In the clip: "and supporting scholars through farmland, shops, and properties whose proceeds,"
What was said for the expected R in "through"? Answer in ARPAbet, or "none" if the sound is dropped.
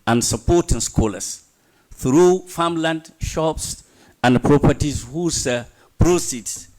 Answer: R